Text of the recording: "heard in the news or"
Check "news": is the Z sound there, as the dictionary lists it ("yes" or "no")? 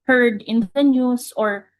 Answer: no